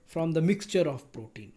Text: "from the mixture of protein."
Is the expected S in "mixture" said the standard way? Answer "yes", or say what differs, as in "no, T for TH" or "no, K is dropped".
yes